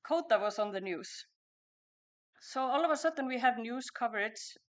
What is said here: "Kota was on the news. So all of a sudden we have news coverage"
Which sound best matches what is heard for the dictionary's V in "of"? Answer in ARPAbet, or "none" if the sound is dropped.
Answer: V